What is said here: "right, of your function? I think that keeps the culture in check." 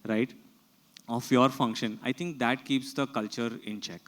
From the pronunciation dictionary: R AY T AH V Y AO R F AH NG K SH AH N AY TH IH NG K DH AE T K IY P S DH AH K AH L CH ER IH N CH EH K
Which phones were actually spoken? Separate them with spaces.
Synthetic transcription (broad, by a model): R AY T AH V Y AO R F AH NG K SH AH N AY T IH NG K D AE T K IY P S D AH K AH L CH ER IH N CH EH K